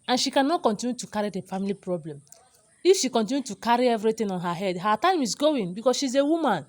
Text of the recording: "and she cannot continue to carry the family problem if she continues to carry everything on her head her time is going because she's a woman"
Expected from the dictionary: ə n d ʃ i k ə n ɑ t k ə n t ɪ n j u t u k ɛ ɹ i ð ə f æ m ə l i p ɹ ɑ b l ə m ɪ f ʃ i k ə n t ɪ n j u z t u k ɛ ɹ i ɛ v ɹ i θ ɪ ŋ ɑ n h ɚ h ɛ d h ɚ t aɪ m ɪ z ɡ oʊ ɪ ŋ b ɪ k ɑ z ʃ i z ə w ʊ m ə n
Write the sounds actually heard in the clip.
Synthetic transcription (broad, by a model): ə n ʃ i k ə n ɑ t k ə n t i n j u t u k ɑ ɹ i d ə f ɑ m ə l i p ɹ ɑ b l ə m ɪ f ʃ i k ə n t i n j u t u k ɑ ɹ i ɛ v ɹ i t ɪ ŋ ɑ n h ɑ h ɛ d h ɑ t aɪ m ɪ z ɡ oʊ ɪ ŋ b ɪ k ɑ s ʃ i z ə w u m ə n